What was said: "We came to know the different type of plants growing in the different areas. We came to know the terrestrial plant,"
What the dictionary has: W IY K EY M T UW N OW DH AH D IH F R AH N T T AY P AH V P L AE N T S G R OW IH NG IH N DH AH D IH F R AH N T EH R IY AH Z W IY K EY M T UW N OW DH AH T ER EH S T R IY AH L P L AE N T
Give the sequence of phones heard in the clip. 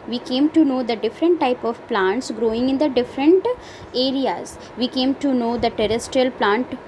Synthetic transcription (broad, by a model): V IY K EY M T UW N OW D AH D IH F R AH N T T AY P AH V P L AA N T S G R OW IH NG IH N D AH D IH F R AH N T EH R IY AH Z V IY K EY M T UW N OW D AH T ER EH S T R IY AH L P L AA N T